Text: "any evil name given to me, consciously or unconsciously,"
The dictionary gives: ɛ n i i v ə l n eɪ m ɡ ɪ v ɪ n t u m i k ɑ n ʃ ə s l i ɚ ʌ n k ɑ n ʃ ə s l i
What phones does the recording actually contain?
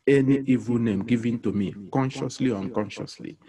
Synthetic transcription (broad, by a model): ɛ n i i v ə l n eɪ m ɡ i v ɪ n t u m i k ɑ n ʃ ə s l i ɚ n k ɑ n ʃ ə s l i